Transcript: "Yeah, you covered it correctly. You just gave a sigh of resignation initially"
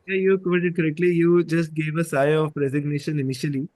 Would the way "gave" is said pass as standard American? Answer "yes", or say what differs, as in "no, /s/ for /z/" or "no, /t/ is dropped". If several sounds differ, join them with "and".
yes